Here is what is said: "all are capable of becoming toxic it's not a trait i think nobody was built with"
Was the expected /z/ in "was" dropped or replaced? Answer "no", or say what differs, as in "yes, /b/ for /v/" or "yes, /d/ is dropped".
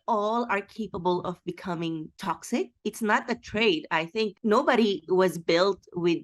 no